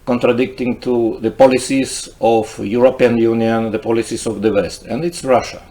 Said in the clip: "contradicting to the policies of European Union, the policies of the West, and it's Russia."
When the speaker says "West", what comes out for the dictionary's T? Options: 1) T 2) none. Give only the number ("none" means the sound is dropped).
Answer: 1